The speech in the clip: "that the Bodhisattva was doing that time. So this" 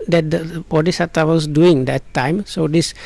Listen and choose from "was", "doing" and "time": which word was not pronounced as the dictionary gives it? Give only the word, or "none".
was